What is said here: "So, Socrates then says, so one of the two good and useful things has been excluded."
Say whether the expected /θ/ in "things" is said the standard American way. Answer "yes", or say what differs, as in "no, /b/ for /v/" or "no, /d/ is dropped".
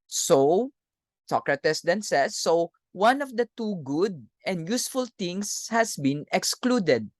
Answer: no, /t/ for /θ/